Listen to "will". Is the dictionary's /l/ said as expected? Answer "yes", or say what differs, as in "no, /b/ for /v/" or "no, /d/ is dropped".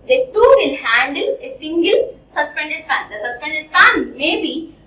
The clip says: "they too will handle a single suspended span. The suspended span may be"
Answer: no, /n/ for /l/